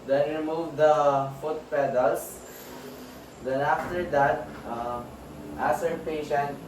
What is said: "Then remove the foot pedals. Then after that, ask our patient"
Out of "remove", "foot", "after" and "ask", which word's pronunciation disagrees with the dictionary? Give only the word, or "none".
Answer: ask